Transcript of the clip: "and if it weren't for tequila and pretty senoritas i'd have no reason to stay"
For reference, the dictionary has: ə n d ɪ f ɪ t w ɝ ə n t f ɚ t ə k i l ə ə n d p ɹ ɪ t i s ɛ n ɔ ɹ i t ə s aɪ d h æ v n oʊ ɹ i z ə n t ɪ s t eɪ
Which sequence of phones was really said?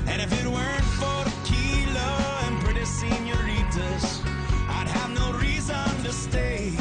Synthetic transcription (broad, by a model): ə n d ɪ f ɪ t w ɝ ə n t f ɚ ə k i l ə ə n p ɹ ɪ t i s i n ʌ ɹ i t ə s aɪ d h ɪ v n oʊ ɹ i z ə n t ɪ s t eɪ